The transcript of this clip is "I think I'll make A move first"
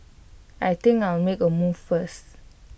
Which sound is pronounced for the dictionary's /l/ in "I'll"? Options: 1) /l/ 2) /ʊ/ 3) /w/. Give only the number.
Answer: 3